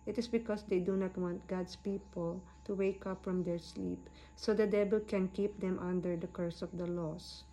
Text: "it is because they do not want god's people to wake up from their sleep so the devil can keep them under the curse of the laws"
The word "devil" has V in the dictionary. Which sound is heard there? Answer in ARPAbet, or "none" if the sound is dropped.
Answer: B